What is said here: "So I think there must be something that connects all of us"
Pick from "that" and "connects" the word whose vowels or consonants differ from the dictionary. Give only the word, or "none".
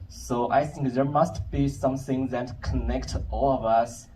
connects